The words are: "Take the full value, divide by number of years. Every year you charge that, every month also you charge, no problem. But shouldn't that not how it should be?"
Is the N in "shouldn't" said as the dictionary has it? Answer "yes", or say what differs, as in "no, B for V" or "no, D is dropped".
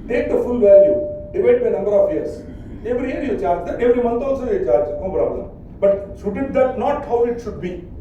no, N is dropped